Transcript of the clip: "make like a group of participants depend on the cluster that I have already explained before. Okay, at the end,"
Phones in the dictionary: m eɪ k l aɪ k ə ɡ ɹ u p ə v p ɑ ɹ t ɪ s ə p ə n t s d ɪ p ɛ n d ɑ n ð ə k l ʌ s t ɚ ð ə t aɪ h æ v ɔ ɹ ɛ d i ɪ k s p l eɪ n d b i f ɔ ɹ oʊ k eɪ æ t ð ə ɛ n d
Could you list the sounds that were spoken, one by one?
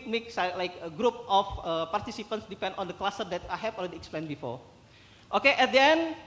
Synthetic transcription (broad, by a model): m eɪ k l aɪ k ə ɡ ɹ u p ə f p ɑ ɹ t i s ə p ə n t s d ɪ p ɛ n d ɑ n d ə k l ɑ s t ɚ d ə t aɪ h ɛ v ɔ l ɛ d i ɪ k s p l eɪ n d b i f ɔ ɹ oʊ k eɪ t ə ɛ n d